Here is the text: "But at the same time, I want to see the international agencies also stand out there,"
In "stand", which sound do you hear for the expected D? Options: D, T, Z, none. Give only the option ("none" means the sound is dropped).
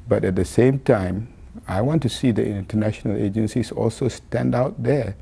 D